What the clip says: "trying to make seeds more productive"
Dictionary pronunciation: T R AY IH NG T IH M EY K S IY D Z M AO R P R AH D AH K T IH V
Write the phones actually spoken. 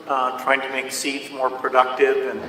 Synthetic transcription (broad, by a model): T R AY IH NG T IH M EY K S IY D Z M AO R P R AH D AH K T IH V